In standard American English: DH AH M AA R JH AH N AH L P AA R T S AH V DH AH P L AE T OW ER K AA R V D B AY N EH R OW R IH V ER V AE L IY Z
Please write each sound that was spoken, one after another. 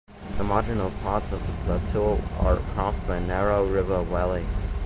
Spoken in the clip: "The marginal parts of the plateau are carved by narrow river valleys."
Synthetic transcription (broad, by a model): DH AH M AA JH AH N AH L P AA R T S AH V DH AH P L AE T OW ER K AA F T B AY N EH R OW R IH V ER W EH L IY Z